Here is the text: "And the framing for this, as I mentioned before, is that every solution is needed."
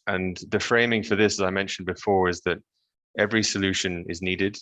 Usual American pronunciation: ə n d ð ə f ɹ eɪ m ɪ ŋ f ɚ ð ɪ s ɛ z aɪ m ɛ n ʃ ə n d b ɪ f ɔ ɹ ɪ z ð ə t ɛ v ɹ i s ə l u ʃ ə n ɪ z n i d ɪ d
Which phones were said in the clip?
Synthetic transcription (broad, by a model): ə n ð ə f ɹ eɪ m ɪ ŋ f ɚ ð ɪ s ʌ z aɪ m ɛ n ʃ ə n b ɪ f ɔ ɹ ɪ z ð ə t ɛ v ɹ i s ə l u ʃ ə n ɪ z n i d ɪ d